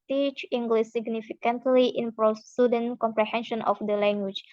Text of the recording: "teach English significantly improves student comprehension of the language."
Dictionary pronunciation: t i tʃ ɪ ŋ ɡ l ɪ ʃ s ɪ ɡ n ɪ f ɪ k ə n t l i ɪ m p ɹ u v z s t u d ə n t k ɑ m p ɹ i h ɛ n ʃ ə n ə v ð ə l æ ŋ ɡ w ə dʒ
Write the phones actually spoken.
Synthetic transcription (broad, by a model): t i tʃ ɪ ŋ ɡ l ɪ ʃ s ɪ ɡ n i f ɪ k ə n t l i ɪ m p ɹ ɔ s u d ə n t k ɑ m p ɹ i h ɛ n ʃ ə n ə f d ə l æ ŋ ɡ w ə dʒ